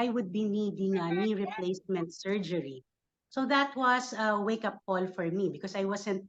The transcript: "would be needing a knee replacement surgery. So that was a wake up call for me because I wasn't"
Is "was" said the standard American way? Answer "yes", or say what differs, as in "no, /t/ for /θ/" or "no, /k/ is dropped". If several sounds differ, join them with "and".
no, /s/ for /z/